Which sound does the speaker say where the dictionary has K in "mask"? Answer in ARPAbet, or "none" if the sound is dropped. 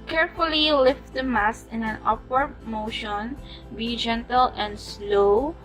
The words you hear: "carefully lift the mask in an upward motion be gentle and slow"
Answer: none